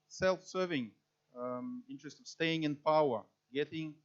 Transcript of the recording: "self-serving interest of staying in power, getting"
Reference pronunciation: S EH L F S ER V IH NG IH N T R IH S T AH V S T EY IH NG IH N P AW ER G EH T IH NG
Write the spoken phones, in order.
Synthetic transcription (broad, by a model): S EH L F S ER V IH NG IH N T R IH S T AH V S T EY IH NG IH N P AW ER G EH T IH NG